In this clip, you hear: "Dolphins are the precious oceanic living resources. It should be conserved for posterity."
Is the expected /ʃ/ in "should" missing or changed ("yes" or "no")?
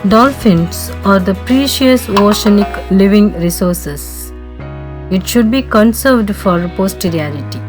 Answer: no